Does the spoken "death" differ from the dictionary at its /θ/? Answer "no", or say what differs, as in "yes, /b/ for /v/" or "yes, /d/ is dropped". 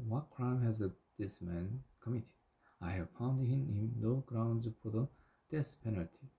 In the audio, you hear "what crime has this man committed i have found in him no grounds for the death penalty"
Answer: yes, /s/ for /θ/